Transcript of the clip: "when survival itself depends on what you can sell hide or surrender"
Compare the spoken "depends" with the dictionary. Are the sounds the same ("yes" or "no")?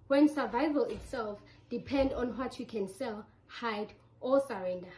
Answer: no